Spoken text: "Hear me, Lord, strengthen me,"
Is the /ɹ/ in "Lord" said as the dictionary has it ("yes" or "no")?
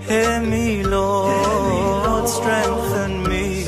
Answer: no